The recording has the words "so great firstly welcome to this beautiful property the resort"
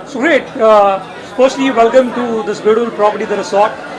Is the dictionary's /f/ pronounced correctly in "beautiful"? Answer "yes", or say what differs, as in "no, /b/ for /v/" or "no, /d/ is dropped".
no, /f/ is dropped